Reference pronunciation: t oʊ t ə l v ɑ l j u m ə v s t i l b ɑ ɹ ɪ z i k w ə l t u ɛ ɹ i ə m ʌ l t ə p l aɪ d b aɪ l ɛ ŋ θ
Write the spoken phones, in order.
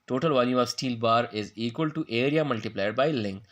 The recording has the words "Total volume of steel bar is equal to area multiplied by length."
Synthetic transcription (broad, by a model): t oʊ t ə l v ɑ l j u ə v s t i l b ɑ ɹ ɪ z i k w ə l t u ɛ ɹ i ə m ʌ l t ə p l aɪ d b aɪ l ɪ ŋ